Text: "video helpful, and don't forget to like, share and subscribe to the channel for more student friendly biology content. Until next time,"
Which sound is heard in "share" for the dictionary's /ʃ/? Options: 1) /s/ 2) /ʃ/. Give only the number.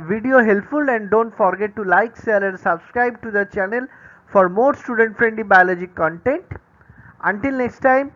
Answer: 1